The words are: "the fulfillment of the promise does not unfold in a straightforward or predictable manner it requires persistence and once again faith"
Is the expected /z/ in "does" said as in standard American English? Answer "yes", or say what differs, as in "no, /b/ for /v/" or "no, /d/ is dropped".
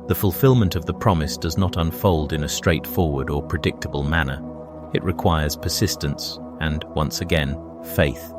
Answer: yes